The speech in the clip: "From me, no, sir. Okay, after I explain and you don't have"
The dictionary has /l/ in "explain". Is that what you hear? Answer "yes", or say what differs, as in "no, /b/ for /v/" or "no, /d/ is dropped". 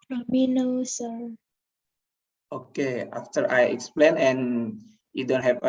yes